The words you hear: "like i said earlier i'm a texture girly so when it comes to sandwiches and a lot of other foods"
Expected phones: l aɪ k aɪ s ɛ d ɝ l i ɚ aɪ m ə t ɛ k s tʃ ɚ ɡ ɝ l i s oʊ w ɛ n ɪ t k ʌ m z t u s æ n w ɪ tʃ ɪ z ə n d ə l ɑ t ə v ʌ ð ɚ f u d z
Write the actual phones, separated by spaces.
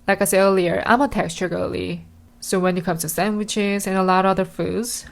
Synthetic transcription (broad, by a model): l aɪ k aɪ s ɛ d ɝ l i ɚ aɪ m ə t ɛ k s tʃ ɚ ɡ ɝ l i s oʊ w ɛ n ɪ t k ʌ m t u s æ n w ɪ tʃ ɪ z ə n ə l ɑ t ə ʌ ð ɚ f u d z